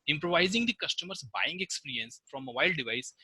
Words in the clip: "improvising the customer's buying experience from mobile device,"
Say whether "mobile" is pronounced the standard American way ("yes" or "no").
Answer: no